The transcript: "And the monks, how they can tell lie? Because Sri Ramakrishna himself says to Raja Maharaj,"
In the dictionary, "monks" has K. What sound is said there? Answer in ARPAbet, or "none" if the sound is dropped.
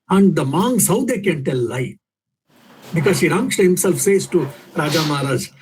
none